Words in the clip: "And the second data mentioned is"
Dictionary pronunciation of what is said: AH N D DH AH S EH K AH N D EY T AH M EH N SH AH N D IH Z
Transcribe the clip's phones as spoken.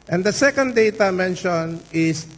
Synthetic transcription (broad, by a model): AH N D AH S EH K AH N D EY T AH M EH N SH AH N IH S